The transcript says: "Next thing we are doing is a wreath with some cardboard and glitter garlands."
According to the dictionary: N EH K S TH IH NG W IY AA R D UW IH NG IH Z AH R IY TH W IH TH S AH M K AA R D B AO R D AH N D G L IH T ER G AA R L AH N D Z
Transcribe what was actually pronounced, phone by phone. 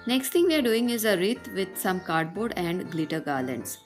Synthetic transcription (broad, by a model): N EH K S T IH NG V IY AA R D UW IH NG IH Z AH R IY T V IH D S AH M K AA R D B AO R D AH N D G L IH T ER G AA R L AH N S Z